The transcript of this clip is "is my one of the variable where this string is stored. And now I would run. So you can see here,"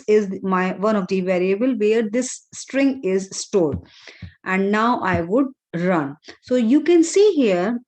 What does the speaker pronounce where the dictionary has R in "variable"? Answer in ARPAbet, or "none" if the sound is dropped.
R